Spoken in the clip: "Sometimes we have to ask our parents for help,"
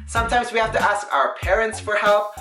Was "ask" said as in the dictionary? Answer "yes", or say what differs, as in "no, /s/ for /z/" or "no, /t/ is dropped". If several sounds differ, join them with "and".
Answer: yes